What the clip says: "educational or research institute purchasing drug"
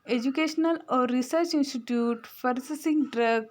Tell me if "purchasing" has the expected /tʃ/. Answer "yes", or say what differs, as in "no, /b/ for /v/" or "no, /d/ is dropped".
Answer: no, /s/ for /tʃ/